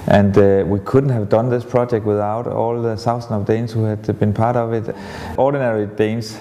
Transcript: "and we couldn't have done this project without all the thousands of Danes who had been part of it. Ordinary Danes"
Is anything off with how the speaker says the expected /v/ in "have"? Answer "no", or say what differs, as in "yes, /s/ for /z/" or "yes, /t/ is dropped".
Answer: no